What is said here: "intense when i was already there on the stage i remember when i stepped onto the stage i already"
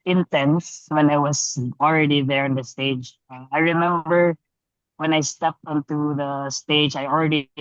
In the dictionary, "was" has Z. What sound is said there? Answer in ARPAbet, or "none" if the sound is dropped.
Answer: S